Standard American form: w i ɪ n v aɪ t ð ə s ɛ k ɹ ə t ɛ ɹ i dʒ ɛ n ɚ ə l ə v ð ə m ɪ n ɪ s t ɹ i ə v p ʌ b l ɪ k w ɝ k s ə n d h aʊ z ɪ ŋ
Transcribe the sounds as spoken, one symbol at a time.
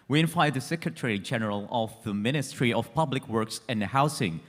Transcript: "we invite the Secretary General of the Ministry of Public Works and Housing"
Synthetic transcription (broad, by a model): w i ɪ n f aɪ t ð ə s ɛ k ɹ ə t ɛ ɹ i dʒ ɛ n ɚ ə l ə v ð ə m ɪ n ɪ s t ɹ i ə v p ʌ b l ɪ k w ɝ k s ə n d h aʊ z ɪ ŋ